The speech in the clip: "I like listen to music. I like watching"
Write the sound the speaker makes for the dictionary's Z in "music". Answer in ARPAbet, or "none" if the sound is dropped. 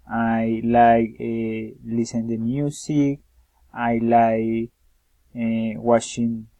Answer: S